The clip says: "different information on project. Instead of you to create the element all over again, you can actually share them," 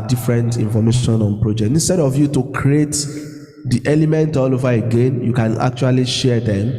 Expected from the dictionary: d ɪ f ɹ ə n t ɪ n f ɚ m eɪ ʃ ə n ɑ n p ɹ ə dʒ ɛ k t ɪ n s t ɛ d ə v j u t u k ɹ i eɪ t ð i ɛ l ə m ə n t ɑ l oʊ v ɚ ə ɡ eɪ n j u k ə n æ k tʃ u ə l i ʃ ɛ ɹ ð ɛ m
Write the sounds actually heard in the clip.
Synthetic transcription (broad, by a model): d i f ɹ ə n t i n f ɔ m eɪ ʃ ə n ɑ n p ɹ ə dʒ ɛ k t ɪ n s t ɛ d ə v j u t u k ɹ i eɪ t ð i ɛ l ə m ə n t ɑ l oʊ v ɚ ə ɡ eɪ n j u k ə n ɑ k tʃ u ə l i ʃ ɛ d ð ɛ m